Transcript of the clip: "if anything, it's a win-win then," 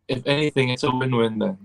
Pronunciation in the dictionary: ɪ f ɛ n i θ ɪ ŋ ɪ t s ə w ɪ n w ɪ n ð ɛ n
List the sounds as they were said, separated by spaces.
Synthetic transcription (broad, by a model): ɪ f ɛ n i θ ɪ ŋ ɪ t s ə w ɪ n w ɪ n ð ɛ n